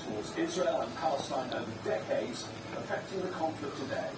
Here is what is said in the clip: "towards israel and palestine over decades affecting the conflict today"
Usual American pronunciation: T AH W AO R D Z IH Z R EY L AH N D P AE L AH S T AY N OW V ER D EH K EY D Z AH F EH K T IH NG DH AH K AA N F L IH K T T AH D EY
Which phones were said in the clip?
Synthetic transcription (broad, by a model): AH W AO D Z IH Z R EY L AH N P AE L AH S T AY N OW V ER D EH K EY D Z AH F EH K T IH NG DH AH K AA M F L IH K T T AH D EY